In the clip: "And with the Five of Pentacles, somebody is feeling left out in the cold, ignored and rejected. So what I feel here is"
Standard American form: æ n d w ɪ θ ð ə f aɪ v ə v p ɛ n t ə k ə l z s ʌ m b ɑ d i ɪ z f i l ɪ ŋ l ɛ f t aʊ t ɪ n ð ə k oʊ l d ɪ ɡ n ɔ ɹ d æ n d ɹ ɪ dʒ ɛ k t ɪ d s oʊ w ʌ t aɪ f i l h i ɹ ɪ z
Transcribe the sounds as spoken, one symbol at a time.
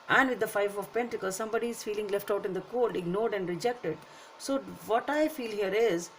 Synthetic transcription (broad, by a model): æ n d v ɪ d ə f aɪ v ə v p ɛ n t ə k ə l s ʌ m b ɑ d i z f i l ɪ ŋ l ɛ f t aʊ t ɪ n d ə k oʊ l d ɪ ɡ n ɔ ɹ d æ n d ɹ ɪ dʒ ɛ k t ɪ d s oʊ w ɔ t aɪ f i l h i ɹ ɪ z